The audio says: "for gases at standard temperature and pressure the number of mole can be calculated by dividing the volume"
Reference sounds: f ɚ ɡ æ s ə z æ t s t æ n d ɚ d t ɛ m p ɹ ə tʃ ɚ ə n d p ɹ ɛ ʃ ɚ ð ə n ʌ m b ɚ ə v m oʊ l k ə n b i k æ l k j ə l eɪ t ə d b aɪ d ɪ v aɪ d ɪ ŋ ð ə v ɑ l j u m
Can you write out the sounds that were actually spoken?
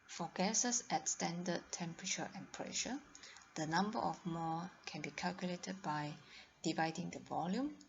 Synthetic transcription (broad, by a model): f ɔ ɡ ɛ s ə s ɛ t s t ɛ n d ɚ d t ɛ m p ɹ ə tʃ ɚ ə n p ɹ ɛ ʃ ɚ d ə n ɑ m b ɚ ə f m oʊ k ə n b i k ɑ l k j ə l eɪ t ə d b aɪ d ɪ v aɪ d ɪ ŋ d ə v ɑ l j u m